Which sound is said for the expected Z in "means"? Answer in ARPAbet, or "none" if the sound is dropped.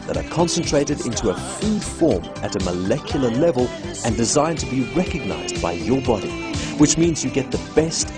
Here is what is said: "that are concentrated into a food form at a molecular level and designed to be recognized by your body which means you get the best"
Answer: Z